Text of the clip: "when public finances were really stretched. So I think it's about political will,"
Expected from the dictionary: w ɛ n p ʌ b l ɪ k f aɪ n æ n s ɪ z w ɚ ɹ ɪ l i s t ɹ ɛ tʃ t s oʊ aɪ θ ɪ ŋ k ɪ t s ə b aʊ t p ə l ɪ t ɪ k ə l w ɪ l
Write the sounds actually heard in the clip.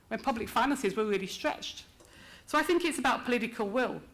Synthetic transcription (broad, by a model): w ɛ n p ʌ b l ɪ k f aɪ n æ n s ɪ z w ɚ ɹ ɪ l i s t ɹ ɛ tʃ t s oʊ aɪ θ ɪ ŋ k ɪ t s ə b aʊ t p ə l ɪ t ɪ k ə l w ɪ l